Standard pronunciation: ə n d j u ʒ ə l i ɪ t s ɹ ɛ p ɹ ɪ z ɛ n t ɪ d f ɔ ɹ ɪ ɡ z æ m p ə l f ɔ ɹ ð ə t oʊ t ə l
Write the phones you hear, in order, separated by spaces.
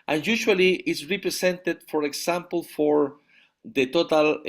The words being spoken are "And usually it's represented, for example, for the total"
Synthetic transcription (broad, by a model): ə n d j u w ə l i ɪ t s ɹ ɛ p ɹ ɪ s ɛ n t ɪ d f ɔ ɹ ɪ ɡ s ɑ m p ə l f ɔ ɹ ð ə t oʊ t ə l